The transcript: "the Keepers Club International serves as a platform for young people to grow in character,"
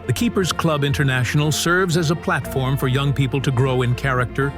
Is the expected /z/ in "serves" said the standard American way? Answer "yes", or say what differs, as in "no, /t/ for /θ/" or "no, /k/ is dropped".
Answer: yes